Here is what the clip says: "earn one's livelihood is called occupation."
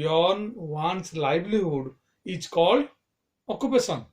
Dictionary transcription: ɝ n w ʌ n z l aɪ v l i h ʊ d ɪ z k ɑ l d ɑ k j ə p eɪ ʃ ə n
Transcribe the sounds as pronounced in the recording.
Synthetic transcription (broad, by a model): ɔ n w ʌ n s l aɪ b l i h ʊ d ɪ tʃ k ɑ l d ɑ k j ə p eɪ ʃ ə n